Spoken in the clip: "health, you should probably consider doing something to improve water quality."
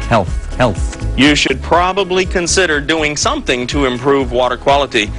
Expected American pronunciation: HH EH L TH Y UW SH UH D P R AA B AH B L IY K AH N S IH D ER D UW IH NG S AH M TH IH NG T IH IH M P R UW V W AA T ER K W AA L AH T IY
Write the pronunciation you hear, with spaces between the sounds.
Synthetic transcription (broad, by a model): HH EH L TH Y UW SH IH D P R AA B AH B L IY K AH N S IH D ER D UW IH NG S AH M TH IH NG T IH IH M P R UW V W AA T ER K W AA L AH T IY